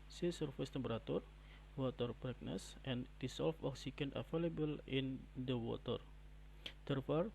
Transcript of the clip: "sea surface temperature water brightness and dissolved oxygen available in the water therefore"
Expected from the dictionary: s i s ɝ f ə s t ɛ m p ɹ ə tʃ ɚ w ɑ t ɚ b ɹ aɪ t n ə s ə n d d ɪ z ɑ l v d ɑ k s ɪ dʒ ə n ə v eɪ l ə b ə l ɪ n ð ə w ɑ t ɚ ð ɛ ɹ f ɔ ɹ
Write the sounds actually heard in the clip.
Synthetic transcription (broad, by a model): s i s ɝ f ə s t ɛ m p ɹ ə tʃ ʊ w ɑ t ɚ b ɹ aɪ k n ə s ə n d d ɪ s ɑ l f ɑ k s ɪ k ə n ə f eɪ l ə b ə l ɪ n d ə w ɑ t ɚ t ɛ ɹ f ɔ ɹ